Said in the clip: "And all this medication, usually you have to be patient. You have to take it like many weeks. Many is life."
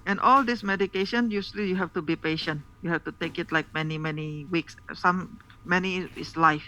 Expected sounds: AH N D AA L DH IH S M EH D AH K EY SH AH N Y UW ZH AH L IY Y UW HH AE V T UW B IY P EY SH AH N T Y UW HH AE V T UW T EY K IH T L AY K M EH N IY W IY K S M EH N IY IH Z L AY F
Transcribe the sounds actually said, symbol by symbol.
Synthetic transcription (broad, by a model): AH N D AA L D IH S M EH D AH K EY SH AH N Y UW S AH L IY Y UW HH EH F T UW B IY P EY SH AH N T Y UW HH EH F T UW T EY K IH T L AY K M EH N IY W IY K S M EH N IY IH S L AY F